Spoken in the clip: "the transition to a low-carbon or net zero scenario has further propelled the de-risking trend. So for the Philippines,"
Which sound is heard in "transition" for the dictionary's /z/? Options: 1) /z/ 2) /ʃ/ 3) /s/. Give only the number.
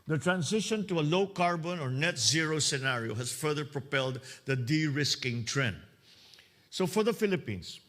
3